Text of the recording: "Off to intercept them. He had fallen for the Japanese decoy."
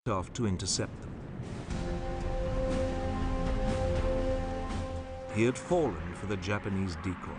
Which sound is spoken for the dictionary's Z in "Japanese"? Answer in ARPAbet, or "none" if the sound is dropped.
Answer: Z